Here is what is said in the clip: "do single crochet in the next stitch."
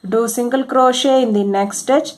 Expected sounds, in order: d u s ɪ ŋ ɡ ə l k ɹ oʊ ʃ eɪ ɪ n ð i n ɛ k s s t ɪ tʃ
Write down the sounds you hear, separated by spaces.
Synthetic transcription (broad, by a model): d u s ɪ ŋ ɡ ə l k ɹ oʊ ʃ eɪ ɪ n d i n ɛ k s s t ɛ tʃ